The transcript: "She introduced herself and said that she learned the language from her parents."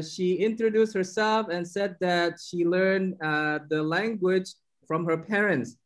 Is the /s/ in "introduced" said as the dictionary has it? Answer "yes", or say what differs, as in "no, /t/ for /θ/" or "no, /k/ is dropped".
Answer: yes